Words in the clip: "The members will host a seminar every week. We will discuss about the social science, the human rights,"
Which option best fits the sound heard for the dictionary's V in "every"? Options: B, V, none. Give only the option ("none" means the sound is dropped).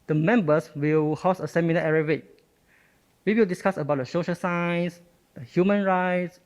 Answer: none